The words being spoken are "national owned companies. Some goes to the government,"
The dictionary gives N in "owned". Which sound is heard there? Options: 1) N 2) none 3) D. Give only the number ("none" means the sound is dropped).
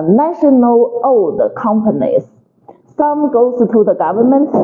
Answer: 2